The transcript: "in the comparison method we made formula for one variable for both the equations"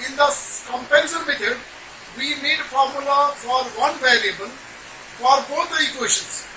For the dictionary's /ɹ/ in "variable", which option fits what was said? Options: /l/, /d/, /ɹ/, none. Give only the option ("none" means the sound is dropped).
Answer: /l/